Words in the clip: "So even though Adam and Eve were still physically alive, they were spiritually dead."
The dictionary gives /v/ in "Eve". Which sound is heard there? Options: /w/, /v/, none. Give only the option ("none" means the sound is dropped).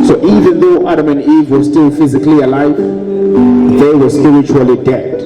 /v/